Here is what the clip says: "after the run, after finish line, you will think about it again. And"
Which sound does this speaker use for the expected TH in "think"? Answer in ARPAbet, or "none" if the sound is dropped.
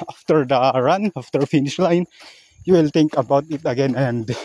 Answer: T